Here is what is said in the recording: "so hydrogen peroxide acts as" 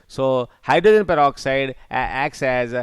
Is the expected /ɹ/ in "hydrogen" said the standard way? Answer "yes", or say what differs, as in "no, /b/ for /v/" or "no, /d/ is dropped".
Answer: no, /ɹ/ is dropped